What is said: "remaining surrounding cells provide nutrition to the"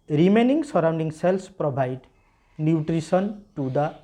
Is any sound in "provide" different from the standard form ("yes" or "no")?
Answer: yes